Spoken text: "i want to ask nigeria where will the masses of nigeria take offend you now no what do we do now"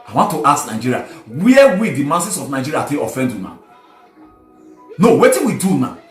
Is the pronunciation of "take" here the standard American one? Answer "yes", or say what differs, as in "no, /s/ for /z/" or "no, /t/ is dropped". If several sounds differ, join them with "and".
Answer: no, /k/ is dropped